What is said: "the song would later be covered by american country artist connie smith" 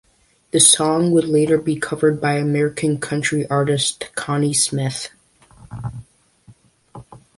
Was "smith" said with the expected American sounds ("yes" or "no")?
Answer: yes